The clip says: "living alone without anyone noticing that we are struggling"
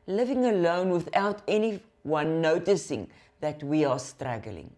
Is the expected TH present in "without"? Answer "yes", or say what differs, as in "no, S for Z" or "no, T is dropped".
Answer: yes